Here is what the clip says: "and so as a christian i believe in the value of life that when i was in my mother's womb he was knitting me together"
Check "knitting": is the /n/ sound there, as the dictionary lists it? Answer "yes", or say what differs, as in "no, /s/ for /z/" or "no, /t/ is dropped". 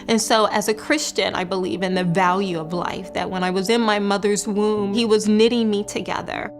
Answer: yes